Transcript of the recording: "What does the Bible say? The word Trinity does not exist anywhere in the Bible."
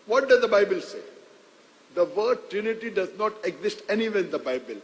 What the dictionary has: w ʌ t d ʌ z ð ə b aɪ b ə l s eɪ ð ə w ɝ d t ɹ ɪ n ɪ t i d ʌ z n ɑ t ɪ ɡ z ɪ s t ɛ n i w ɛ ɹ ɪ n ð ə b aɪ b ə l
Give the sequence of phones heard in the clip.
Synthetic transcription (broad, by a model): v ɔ t d ʌ z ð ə b aɪ b ə l s eɪ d ə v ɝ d t ɹ ɪ n ɪ t i d ʌ z n ɑ t ɪ ɡ z ɪ s t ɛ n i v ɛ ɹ ɪ n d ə b aɪ b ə l